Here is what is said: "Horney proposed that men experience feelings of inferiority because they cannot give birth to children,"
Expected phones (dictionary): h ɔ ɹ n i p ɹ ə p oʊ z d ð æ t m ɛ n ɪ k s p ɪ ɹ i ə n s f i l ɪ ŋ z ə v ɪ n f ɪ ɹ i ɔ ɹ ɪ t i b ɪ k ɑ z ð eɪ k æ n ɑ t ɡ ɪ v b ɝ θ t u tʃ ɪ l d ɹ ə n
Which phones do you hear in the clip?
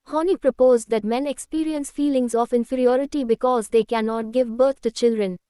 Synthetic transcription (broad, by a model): h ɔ n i p ɹ ə p oʊ z d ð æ t m ɛ n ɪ k s p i ɹ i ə n s f i l ɪ ŋ z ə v ɪ n f ɪ ɹ i ɔ ɹ ɪ t i b ɪ k ɑ z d eɪ k æ n ɑ t ɡ ɪ v b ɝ t t u tʃ ɪ l d ɹ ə n